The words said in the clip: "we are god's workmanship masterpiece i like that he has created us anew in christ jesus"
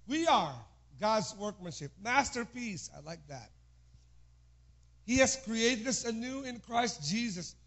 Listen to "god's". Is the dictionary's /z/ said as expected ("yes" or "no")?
yes